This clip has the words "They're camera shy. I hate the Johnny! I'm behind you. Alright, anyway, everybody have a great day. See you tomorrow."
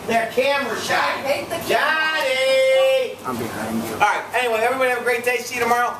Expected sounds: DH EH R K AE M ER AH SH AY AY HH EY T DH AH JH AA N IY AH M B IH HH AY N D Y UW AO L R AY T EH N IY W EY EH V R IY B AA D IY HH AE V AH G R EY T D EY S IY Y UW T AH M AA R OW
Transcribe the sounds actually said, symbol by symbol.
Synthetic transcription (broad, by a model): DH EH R K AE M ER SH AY AY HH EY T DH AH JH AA IY AH M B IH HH AY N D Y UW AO R AY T EH N IY W EY EH V R IY B AA D IY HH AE V AH G R EY T D EY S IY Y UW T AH M AA R OW